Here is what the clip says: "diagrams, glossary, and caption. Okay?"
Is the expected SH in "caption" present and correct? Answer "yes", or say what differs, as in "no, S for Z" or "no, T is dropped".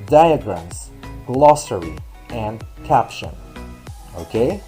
yes